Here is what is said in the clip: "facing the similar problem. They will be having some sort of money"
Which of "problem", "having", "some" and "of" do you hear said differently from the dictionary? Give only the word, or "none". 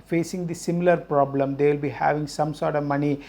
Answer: none